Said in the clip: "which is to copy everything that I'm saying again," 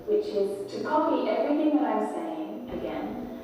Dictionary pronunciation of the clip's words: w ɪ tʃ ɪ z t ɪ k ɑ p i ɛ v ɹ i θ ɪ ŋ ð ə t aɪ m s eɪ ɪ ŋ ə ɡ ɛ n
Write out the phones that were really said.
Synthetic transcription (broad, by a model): w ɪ tʃ ɪ z t ɪ k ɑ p i ɛ v ɹ i θ ɪ ŋ ð ə t aɪ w s eɪ ɪ ŋ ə ɡ ɛ n